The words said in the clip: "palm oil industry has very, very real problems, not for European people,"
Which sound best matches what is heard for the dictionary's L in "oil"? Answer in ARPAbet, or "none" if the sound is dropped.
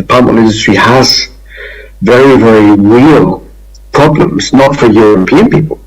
N